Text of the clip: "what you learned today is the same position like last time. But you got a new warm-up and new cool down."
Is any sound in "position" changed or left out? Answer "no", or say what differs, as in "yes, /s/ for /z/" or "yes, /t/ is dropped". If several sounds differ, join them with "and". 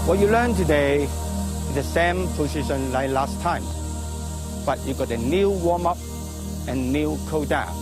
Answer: yes, /s/ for /z/